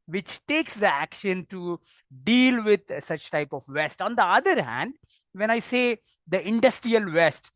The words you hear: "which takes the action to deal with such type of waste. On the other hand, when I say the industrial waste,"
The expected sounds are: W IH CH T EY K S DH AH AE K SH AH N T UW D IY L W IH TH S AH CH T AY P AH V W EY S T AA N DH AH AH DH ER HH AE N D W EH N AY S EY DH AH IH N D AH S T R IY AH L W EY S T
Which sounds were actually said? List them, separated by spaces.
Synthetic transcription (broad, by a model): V IH CH T EY K S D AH AE K SH AH N T UW D IY L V IH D S AH CH T AY P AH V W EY S T AA N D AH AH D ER HH AE N D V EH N AY S EY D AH IH N D AH S T R IY AH L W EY S T